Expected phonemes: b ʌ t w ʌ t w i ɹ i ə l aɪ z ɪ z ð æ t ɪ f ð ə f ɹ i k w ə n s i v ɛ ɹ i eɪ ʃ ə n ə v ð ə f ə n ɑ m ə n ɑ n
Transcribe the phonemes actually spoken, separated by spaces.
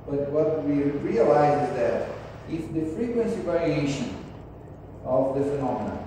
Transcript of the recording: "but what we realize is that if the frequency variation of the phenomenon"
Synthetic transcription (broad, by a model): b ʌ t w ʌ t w i ɹ i ə l aɪ z ɪ z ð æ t ɪ f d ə f ɹ i k w ə n s i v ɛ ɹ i eɪ ʃ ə n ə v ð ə f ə n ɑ m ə n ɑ